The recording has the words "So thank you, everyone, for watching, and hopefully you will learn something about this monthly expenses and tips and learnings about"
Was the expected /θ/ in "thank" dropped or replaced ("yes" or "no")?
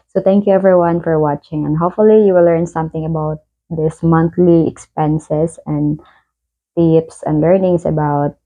yes